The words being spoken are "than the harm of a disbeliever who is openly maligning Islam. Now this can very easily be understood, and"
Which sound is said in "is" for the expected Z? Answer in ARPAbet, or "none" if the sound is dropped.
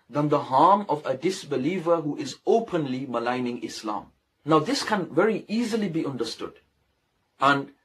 Z